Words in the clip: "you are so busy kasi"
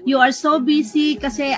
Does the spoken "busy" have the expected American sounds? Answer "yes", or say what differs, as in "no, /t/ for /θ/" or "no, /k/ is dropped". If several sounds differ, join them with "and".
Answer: no, /s/ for /z/